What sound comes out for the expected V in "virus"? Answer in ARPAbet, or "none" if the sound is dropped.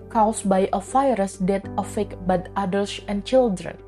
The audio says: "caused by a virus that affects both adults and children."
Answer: F